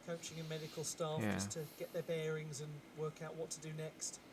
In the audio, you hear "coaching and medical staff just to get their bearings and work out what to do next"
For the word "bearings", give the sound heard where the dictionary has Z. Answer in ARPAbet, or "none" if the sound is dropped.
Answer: Z